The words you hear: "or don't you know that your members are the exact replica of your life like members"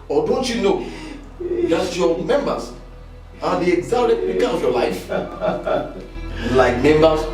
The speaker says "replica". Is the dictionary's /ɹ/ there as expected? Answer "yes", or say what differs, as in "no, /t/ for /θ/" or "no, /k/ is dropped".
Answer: no, /l/ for /ɹ/